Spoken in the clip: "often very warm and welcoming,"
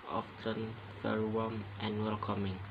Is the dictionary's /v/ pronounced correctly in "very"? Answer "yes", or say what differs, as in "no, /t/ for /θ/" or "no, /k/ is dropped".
no, /f/ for /v/